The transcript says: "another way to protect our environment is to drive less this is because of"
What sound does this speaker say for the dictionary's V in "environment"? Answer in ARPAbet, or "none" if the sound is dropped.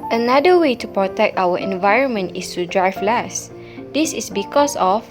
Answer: V